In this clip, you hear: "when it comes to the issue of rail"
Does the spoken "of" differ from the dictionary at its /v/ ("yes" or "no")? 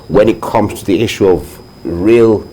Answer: no